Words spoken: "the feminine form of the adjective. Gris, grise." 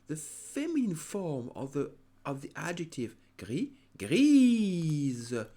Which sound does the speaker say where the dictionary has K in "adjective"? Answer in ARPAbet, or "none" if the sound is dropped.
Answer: K